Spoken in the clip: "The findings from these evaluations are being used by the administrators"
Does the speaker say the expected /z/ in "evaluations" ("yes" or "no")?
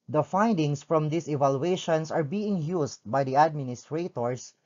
no